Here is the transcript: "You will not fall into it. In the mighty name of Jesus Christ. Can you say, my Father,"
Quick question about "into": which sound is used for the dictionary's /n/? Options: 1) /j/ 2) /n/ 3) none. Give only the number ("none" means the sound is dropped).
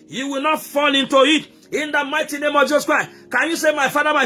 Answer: 2